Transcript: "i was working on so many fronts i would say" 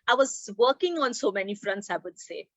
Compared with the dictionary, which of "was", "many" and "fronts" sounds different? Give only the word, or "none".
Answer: none